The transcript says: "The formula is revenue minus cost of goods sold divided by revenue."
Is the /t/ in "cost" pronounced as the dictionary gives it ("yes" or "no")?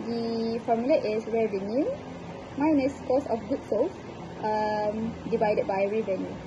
no